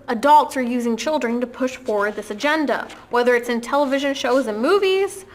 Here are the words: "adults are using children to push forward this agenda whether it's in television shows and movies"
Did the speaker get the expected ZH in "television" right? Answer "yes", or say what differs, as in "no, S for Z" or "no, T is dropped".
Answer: yes